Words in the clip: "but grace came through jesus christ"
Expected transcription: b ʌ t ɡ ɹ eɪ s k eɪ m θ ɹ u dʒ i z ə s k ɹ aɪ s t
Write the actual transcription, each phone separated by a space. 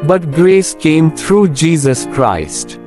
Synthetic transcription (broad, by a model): b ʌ t ɡ ɹ eɪ s k eɪ m t ɹ u dʒ i z ə s k ɹ aɪ s t